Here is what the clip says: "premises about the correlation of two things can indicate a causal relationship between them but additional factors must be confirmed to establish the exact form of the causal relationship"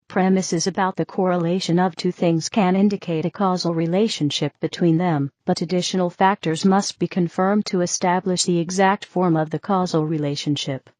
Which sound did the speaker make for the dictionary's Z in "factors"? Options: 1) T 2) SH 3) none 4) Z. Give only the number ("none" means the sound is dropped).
4